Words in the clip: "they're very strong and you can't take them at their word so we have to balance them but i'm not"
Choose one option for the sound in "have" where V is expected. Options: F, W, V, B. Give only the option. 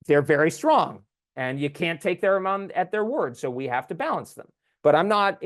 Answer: F